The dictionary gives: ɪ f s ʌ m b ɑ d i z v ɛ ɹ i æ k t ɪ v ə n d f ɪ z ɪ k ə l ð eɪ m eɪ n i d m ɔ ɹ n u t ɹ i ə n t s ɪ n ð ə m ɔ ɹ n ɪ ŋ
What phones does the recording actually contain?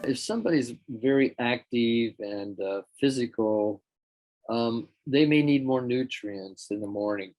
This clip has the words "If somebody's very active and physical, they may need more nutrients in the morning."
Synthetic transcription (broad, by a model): ɪ f s ʌ m b ɑ d i z v ɛ ɹ i æ k t ɪ v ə n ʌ f ɪ z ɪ k ə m ð eɪ m eɪ n i d m ɔ ɹ n u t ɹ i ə n s ɪ n ð ə m ɔ ɹ n ɪ ŋ